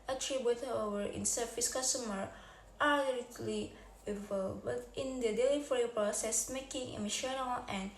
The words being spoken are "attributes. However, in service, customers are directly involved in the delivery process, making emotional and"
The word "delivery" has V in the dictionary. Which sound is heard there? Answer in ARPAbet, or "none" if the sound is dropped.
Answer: F